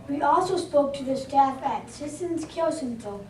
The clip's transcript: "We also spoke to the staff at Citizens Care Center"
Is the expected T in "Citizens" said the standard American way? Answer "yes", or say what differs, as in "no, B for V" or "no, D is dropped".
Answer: no, S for T